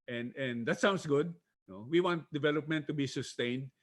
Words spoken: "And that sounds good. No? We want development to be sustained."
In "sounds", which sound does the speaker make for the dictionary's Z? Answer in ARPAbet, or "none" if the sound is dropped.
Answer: S